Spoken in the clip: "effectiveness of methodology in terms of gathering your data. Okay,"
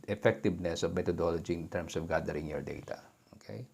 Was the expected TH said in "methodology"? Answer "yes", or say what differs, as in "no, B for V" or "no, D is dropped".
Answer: no, T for TH